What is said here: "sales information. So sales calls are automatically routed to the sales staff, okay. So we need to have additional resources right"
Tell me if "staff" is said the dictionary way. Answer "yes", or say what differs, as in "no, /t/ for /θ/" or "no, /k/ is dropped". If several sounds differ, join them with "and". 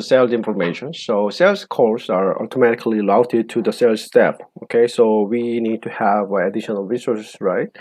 no, /p/ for /f/